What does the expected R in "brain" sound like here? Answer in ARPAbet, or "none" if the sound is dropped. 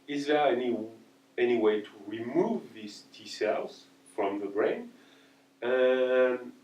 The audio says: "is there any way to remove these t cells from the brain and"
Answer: R